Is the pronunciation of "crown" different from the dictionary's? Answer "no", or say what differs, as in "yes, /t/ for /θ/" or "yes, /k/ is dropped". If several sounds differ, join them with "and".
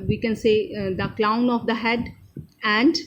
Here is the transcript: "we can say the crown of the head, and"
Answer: yes, /l/ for /ɹ/